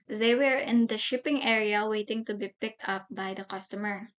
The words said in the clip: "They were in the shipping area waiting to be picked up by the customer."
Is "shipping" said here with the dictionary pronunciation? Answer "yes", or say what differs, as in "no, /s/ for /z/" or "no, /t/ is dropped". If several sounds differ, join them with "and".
yes